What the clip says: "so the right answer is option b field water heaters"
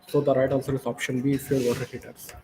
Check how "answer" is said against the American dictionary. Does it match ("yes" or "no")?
no